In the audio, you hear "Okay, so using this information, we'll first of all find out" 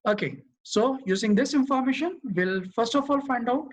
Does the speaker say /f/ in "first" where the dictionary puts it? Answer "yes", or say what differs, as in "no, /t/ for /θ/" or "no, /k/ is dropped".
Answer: yes